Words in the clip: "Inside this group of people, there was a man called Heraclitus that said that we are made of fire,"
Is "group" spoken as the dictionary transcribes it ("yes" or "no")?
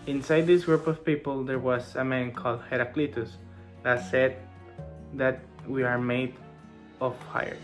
yes